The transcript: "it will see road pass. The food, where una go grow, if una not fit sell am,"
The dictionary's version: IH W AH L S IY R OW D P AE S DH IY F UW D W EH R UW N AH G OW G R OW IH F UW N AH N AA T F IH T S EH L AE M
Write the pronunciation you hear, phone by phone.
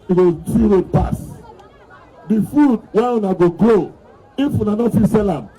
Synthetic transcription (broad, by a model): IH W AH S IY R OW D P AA S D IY F UW D W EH UW N AH G OW G L OW IH F UW N AH N AA T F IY S EH L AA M